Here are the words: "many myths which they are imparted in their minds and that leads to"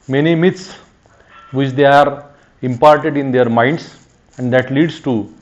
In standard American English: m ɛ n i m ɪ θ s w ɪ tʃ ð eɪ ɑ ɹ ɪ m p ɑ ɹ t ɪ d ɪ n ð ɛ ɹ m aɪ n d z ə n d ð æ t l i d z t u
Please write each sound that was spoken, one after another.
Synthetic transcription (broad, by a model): m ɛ n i m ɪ t s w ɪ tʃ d eɪ ɑ ɹ ɪ m p ɑ ɹ t ɪ d ɪ n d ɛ ɹ m aɪ n d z ə n d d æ t l i d s t u